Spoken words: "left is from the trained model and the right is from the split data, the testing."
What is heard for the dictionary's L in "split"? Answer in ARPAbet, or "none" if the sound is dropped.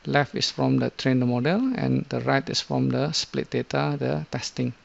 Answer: L